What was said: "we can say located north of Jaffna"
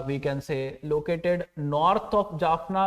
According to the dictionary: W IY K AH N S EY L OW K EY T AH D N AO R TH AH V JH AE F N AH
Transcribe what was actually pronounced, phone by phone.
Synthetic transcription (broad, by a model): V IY K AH N S EY L OW K EY T AH D N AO R T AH P JH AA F N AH